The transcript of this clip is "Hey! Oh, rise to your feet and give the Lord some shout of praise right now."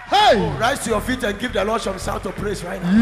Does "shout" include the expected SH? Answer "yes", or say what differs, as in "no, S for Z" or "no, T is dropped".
no, S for SH